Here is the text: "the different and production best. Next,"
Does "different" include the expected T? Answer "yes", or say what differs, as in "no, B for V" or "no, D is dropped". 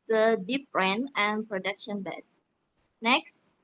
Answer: no, T is dropped